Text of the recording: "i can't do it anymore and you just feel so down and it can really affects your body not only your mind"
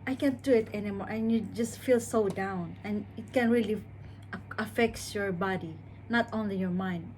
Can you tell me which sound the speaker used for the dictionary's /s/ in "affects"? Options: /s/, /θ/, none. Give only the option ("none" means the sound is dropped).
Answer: none